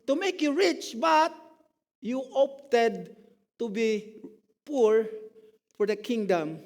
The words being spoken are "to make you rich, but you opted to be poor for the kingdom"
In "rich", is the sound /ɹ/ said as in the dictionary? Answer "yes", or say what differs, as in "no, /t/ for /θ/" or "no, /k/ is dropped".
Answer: yes